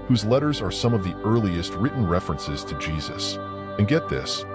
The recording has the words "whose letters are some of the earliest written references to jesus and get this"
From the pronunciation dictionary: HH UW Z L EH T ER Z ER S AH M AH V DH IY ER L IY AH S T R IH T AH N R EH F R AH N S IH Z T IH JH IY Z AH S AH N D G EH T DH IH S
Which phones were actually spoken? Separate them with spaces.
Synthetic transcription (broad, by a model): HH UW Z L EH T ER Z ER S AH M AH V DH IY ER L IY AH S T R IH T N R EH F R AH N S IH Z T IH JH IY Z AH S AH N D G EH T DH IH S